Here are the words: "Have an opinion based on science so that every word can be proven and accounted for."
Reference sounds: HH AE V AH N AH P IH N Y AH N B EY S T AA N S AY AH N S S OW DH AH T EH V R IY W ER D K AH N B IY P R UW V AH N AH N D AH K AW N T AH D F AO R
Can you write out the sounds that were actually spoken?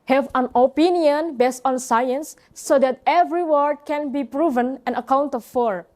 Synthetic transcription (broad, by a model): HH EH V AH N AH P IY N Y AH N B EY S T AA N S AY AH N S S OW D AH T EH V R IY W ER D K AH N B IY P R UW V AH N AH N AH K AW N T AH F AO R